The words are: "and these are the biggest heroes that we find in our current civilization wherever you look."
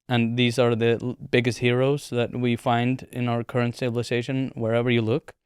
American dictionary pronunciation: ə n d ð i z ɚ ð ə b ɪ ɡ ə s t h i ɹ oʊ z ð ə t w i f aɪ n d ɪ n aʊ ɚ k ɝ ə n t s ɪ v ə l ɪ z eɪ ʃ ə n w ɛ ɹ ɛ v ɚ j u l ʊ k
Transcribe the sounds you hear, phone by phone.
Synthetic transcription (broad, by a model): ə n ð i z ɚ ð ə b ɪ ɡ ə s t h i ɹ oʊ z ð ə t w i f aɪ n d ɪ n aʊ ɚ k ɝ ə n t s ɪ b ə l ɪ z eɪ ʃ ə n w ɛ ɹ ɛ v ɚ j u l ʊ k